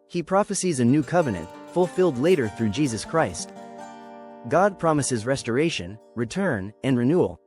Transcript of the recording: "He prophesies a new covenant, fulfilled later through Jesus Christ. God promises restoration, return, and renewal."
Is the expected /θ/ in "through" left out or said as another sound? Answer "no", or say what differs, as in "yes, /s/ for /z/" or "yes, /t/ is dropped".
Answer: no